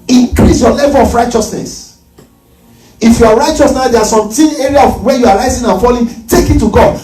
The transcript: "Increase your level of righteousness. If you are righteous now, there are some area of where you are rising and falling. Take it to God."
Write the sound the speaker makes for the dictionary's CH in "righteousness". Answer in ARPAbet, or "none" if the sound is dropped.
CH